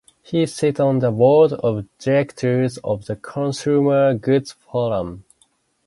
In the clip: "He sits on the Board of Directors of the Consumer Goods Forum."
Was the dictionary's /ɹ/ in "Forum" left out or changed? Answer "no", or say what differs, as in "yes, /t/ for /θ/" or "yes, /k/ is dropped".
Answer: yes, /l/ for /ɹ/